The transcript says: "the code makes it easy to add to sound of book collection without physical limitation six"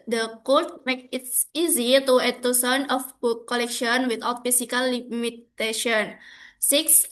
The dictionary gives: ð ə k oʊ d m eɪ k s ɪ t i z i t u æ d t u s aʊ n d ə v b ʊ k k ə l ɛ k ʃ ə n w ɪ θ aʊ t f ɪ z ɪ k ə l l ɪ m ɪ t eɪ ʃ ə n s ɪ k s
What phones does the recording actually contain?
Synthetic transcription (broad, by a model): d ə k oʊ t m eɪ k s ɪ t i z i t u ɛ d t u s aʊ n ə f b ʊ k k ə l ɛ k ʃ ə n w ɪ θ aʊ t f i s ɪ k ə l l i m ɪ t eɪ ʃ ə n s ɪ k s